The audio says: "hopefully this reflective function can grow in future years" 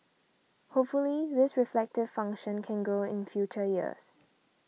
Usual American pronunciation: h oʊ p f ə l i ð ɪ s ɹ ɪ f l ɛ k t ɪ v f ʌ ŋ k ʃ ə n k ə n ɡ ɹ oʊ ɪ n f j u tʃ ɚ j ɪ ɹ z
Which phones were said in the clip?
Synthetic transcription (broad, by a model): h oʊ p f ə l i ð ɪ s ɹ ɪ f l ɛ k t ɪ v f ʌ ŋ k ʃ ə n k ə n ɡ oʊ ɪ n f j u tʃ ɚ j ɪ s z